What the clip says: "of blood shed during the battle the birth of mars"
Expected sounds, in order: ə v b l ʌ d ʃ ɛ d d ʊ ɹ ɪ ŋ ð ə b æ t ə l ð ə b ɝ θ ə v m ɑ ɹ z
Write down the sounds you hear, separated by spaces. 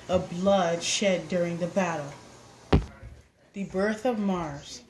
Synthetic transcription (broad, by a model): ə b l ʌ d ʃ ɛ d d ʊ ɹ ɪ ŋ ð ə b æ t l ð ə b ɝ θ ə v m ɑ ɹ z